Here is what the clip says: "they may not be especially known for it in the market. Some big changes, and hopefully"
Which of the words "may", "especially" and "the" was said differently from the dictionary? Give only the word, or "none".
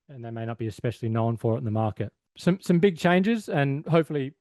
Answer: none